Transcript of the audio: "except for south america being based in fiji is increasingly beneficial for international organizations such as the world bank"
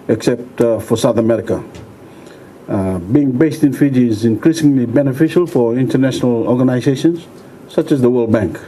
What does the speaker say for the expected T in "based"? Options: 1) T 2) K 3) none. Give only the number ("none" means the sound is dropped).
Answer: 1